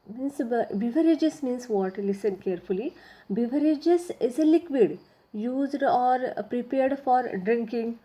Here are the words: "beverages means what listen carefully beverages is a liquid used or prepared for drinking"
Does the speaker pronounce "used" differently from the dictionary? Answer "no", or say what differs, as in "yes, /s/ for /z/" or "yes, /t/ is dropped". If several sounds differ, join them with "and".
no